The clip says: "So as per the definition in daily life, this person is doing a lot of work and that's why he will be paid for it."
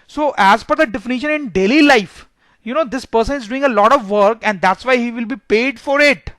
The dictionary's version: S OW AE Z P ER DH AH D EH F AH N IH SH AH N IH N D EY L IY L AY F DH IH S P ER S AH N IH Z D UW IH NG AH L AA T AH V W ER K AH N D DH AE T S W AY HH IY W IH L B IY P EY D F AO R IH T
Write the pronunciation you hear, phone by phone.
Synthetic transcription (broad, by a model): S OW AE Z F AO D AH D EH F AH N IH SH AH N IH N D EY L IY L AY F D IH S P ER S AH N IH Z D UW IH NG AH L AA T AH V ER K AH N D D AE T S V AY HH IY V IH L B IY P EY D F AO R IH T